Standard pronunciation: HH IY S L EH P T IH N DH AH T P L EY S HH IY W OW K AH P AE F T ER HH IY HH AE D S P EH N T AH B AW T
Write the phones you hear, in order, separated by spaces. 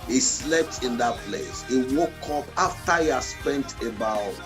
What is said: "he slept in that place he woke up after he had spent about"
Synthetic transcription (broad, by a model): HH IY S L EH P T IH N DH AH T P L EY S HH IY W OW K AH P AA F T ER HH IY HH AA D S P EH N T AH B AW